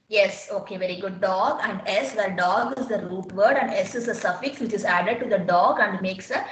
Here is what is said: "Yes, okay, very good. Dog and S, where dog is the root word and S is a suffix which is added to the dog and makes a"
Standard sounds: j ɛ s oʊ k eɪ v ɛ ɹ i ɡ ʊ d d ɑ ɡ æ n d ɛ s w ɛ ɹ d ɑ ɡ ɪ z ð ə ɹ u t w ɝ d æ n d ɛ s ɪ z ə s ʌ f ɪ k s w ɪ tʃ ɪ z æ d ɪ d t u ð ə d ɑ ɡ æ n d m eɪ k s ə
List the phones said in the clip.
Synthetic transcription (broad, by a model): j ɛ s oʊ k eɪ v ɛ ɹ i ɡ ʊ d d ɑ ɡ æ n d ɛ s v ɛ l d ɑ ɡ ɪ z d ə ɹ u t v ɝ d æ n d ɛ s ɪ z ə s ʌ f ɪ k s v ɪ tʃ ɪ z æ d ɪ d t u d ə d ɑ ɡ æ n d m eɪ k s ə